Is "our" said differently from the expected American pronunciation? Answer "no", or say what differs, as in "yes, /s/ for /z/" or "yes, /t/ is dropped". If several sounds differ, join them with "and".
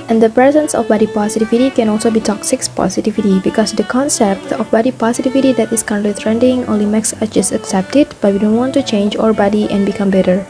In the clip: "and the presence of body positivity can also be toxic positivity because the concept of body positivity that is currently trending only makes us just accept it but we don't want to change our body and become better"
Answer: no